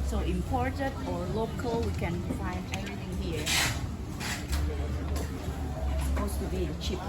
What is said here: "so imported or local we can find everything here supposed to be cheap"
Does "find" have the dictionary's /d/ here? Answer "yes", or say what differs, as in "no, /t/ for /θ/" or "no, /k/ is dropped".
no, /d/ is dropped